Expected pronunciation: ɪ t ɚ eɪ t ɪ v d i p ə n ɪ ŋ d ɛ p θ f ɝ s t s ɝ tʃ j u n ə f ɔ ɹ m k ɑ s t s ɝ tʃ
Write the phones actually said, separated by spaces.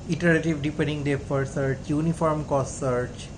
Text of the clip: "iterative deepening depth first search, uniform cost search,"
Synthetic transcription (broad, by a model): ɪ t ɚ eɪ t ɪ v d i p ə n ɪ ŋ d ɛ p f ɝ t s ɝ tʃ j u n ə f ɔ ɹ m k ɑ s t s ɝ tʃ